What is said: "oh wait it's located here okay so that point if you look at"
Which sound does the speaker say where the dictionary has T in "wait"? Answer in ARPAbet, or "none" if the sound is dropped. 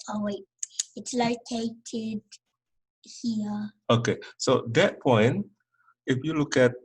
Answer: none